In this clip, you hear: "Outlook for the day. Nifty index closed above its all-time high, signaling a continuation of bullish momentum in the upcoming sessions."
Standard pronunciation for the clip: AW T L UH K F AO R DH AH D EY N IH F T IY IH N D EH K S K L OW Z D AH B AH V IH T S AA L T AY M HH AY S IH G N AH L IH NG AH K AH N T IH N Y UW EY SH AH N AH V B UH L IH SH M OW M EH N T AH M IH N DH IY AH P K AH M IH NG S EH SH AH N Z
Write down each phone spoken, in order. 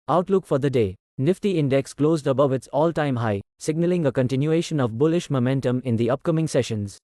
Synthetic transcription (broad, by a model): AW T L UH K F AO R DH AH D EY N IH F T IY IH N D EH K S K L OW Z D AH B AH V IH T S AA L T AY M HH AY S IH G N AH L IH NG AH K AH N T IH N Y UW EY SH AH N AH V B UH L IH SH M OW M EH N T AH M IH N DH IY AH P K AH M IH NG S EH SH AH N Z